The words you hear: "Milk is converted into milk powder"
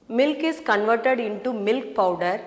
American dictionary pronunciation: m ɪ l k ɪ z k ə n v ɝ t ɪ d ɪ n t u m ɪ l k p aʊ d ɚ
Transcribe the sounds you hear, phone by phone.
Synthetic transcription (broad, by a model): m ɪ l k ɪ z k ə n v ɝ t ɪ d ɪ n t u m ɪ l k p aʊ d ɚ